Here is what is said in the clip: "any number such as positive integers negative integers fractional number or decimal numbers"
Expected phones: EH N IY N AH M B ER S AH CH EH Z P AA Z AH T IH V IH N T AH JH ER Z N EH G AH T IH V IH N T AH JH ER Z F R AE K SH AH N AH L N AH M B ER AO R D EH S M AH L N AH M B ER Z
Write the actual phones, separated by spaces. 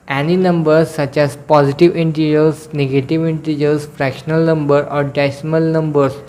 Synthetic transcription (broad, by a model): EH N IY N AH M B ER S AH CH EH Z P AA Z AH T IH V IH N T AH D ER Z N EH G AH T IH V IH N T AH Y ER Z F R AE K SH AH N AH L N AH M B ER AO R D EH S M AH L N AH M B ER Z